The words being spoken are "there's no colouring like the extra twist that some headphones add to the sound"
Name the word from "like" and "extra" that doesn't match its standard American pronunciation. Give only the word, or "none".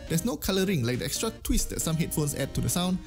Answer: none